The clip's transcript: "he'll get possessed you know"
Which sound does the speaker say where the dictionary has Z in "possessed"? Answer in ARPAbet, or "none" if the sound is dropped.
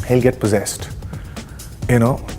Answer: Z